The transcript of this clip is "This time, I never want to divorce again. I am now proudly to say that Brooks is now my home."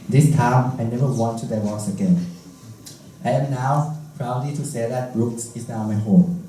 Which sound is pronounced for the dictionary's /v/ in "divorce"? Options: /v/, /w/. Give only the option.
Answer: /w/